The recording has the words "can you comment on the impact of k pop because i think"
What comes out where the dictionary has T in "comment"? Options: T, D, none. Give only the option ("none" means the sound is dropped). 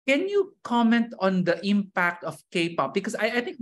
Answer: T